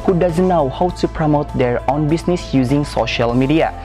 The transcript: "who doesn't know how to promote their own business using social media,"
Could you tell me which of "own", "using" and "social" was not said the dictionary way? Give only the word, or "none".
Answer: none